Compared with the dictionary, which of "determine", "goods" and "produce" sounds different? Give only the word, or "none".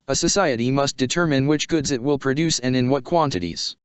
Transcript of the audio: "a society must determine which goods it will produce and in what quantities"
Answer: none